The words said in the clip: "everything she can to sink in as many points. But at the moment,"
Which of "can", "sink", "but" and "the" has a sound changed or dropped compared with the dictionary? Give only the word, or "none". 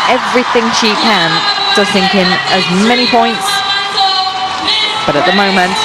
sink